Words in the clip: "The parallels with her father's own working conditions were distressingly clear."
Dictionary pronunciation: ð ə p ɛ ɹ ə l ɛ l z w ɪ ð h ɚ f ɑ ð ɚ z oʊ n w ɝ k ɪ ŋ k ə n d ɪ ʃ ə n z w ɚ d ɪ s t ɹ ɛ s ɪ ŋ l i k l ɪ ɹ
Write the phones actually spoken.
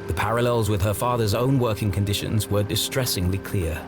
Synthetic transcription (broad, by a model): ð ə p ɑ ɹ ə l ɛ l z w ɪ ð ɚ f ɑ ð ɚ z oʊ n w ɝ k ɪ ŋ k ə n d ɪ ʃ ə n z w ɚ d ɪ s t ɹ ɛ s ɪ ŋ l i k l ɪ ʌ